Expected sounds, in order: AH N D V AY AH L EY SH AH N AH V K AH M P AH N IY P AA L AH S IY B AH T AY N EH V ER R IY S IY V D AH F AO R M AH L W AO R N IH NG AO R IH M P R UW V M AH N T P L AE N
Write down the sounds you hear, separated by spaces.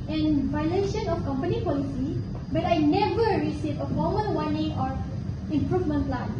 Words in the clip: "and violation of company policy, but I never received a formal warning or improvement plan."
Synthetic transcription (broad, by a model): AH N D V AY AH L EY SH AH N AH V K AH M P AH N IY P AA L AH S IY B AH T AY N EH V ER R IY S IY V AH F AO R M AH N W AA N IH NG AO R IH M P R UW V M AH N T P L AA N